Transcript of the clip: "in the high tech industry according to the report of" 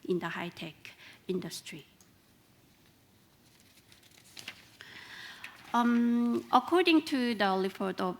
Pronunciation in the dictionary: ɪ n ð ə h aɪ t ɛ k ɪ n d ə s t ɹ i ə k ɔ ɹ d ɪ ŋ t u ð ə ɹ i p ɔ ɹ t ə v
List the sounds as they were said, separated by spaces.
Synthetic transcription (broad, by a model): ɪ n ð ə h aɪ t ɛ k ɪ n d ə s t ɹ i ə k ɔ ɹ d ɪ ŋ t u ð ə l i f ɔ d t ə